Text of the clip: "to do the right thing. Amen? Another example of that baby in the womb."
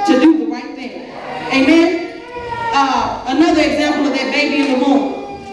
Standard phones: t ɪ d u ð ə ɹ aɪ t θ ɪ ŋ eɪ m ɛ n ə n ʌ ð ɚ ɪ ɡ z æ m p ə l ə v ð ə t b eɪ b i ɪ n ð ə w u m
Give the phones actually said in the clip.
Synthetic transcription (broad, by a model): t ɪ d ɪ ð ə ɹ aɪ t θ ɪ ŋ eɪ m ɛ n ə n ʌ ð ɚ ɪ ɡ z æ m p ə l ə v ð ə t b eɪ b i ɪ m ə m